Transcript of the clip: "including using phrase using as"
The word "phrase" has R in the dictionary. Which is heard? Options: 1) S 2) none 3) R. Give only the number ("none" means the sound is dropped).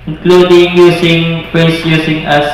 2